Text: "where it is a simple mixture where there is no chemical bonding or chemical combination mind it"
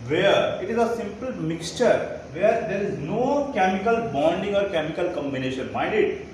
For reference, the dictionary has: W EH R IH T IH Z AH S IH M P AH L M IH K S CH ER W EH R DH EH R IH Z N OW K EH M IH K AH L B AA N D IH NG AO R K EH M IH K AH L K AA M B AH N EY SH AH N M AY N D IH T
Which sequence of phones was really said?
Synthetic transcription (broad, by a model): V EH R IH T IH Z AH S IH M P AH L M IH K S CH ER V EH R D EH R IH Z N OW K EH M IH K AH L B AA N D IH NG AO R K EH M IH K AH L K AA M B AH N EY SH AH N M AY N D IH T